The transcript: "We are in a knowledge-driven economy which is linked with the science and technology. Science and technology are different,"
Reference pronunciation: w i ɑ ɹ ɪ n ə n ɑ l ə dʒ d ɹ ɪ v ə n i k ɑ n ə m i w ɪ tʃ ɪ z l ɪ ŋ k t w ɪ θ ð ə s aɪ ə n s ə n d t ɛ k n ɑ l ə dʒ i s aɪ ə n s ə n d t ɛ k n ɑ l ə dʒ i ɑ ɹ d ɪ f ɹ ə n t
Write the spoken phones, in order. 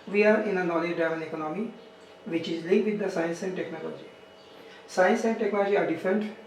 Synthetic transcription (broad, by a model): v i ɑ ɹ ɪ n ə n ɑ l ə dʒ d ɑ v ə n i k ɑ n ə m i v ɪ tʃ ɪ z l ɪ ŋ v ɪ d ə s aɪ ə n s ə n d t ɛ k n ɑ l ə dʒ i s aɪ ə n s ə n d t ɛ k n ɑ l ə dʒ i ɑ ɹ d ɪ f ɹ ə n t